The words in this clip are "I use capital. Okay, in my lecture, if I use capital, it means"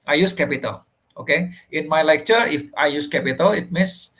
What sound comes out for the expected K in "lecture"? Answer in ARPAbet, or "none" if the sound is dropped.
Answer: K